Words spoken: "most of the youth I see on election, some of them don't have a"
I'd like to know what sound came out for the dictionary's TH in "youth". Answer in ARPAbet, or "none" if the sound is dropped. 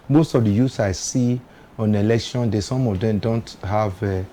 S